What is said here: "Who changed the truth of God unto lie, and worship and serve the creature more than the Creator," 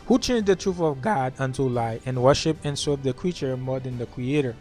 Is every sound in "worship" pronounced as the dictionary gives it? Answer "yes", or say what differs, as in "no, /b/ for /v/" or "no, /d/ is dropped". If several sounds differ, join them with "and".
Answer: yes